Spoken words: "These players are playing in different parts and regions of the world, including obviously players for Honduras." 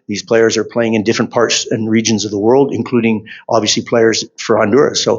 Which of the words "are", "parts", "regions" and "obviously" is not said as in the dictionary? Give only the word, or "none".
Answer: none